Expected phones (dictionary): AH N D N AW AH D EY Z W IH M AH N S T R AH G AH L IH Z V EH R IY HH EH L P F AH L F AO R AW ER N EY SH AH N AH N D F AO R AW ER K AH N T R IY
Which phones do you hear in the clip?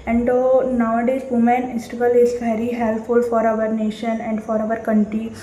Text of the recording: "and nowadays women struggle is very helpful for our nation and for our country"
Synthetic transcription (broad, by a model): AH N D N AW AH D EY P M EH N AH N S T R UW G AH L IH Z V EH R IY HH EH L P F AH L F AO R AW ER N EY SH AH N AH N D F AO R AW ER K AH N T R IY